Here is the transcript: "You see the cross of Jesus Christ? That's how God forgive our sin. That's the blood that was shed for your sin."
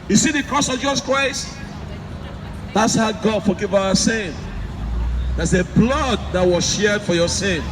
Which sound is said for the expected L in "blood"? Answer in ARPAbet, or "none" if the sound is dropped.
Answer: L